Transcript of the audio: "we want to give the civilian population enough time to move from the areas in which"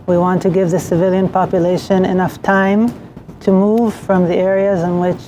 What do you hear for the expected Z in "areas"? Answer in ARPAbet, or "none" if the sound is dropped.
Z